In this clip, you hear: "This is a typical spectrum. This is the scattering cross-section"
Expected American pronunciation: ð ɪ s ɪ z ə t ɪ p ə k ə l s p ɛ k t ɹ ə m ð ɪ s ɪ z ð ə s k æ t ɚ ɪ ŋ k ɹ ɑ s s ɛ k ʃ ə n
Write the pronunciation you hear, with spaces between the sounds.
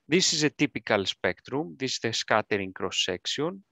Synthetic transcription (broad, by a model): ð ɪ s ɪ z ə t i p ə k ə l s p ɛ k t ɹ ə m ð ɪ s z ð ə s k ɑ t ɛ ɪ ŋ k ɹ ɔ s s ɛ k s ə n